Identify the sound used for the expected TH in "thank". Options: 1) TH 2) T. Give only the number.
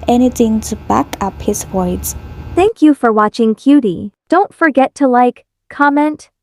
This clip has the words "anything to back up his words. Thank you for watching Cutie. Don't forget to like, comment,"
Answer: 1